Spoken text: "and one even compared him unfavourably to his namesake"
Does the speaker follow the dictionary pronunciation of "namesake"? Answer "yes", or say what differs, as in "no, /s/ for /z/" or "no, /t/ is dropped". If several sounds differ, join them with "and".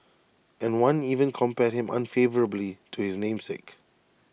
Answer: yes